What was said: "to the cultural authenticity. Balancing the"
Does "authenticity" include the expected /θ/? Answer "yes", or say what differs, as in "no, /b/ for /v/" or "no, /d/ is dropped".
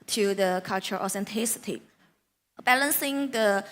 no, /s/ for /θ/